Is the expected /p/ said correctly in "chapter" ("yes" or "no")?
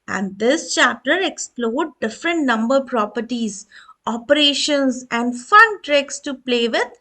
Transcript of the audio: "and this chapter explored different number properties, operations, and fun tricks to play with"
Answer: no